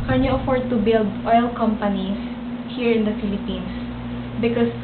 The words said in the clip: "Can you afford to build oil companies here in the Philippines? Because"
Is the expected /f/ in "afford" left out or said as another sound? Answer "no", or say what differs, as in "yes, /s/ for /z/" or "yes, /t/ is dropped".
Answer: no